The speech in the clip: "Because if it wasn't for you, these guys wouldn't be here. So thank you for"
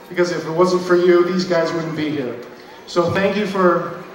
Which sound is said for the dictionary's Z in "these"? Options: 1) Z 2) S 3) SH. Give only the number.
1